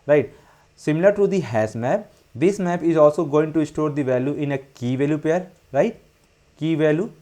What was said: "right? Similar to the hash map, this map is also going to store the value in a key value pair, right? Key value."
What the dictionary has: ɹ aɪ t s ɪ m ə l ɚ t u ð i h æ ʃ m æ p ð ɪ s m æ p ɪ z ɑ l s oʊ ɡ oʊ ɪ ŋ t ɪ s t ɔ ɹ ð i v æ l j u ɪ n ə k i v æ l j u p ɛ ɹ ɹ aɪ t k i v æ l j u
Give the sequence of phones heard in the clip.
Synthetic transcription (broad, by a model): ɹ aɪ t s ɪ m ə l ɚ t u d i h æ s m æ p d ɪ s m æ p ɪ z ɑ l s oʊ ɡ oʊ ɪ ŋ t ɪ s t ɔ ɹ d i v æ l j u ɪ n ə k i v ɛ l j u p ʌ ɹ ɹ aɪ t k i v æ l j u